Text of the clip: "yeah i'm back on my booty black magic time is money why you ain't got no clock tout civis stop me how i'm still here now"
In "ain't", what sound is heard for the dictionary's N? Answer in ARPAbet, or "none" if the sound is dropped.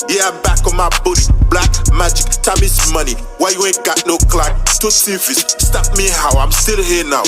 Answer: none